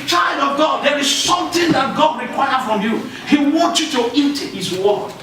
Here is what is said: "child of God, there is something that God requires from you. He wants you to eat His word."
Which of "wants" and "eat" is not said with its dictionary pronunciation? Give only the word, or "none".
wants